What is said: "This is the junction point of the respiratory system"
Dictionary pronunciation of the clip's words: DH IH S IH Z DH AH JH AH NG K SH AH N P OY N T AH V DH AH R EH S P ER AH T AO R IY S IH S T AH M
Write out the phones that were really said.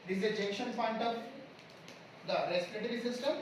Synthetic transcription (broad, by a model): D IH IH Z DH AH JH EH K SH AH N P OY N T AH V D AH R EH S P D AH T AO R IY S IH S T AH M